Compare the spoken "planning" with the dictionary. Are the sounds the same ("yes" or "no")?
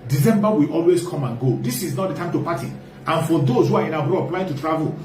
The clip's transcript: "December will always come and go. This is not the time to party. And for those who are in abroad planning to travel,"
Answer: no